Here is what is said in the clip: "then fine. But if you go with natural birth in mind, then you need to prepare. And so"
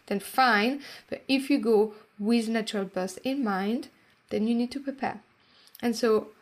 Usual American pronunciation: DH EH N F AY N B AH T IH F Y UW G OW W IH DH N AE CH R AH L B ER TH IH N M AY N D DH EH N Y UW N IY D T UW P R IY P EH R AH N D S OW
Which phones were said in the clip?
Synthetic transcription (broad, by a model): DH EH N F AY N B AH T IH F Y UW G OW W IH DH N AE CH R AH L B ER S IH N M AY N D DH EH N Y UW N IY D T UW P R IY P EH R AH N S OW